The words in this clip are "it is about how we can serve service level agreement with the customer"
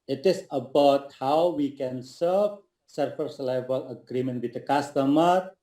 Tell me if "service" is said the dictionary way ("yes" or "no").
no